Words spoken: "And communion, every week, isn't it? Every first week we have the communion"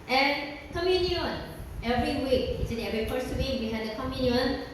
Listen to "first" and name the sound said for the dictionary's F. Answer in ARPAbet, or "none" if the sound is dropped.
P